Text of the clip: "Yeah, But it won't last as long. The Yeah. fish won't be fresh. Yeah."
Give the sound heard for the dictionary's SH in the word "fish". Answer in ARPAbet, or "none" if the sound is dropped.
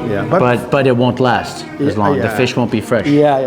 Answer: SH